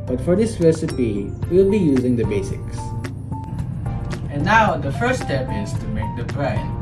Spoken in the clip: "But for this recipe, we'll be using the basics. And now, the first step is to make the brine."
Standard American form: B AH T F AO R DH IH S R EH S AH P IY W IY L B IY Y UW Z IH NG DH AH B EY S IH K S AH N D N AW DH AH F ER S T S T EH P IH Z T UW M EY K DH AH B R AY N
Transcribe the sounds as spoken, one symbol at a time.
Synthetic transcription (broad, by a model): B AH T F AO R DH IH S R EH S AH P IY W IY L B IY Y UW Z IH NG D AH B EY S IH K S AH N N AW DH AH F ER T S T EH P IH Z T UW M EY K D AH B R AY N